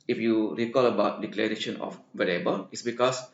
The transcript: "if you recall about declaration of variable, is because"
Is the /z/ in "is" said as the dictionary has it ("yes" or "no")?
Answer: no